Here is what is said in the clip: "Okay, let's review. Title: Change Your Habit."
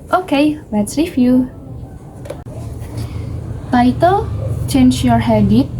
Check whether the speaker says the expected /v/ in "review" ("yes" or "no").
no